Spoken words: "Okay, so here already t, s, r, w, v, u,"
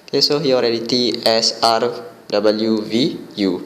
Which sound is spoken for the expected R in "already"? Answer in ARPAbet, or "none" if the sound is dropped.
R